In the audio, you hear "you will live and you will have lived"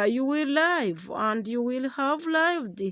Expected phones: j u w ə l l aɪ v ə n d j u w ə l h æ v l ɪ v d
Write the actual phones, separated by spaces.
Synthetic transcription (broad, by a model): j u w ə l l aɪ v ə n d j u w ə l h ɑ v l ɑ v d